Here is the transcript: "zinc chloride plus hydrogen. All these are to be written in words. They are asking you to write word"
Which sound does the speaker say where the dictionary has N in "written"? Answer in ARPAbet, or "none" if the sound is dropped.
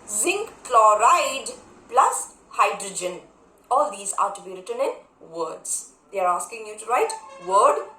N